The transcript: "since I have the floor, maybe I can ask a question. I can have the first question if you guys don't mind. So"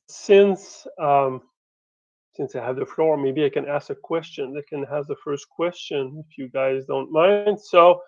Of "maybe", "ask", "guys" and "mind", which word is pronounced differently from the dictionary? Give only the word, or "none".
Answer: none